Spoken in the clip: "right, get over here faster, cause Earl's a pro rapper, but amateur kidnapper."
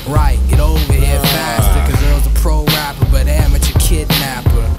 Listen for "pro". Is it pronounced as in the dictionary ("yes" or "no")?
yes